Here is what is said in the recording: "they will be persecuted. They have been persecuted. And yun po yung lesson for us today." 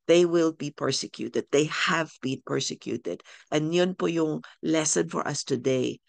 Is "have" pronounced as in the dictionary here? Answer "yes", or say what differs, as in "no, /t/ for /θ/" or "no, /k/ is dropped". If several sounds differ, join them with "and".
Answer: yes